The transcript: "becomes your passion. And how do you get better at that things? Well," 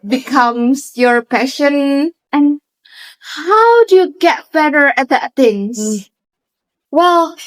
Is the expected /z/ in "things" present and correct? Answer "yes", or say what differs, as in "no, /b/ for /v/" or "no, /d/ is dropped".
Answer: no, /z/ is dropped